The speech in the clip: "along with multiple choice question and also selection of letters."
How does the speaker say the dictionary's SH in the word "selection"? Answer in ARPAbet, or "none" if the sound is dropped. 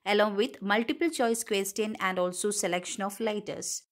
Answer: SH